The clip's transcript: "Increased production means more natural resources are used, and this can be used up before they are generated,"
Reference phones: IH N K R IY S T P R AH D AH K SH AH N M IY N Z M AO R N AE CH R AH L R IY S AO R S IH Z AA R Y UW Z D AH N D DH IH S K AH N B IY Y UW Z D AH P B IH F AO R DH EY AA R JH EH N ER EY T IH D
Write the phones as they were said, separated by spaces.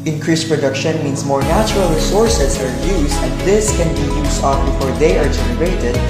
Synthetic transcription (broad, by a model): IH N K R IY S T P R AH D AH K SH AH N M IY N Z M AO R N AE CH R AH L R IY S AO R S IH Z AA R Y UW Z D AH N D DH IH S K AH N B IY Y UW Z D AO F B IH F AO R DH EY AA R JH EH N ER EY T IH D